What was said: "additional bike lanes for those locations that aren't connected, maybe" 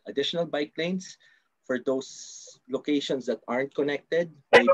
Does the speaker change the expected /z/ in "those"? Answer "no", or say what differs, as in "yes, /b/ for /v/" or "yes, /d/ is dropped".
yes, /s/ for /z/